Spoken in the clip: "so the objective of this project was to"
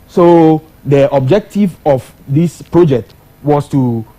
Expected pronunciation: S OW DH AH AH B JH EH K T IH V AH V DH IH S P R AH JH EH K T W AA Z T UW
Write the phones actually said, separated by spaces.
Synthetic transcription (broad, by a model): S OW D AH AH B JH EH K T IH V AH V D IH S P R AH JH EH K T W AA S T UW